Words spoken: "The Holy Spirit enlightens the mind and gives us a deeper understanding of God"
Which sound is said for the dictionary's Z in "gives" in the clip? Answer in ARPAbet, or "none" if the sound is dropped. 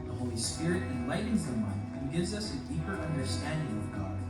Z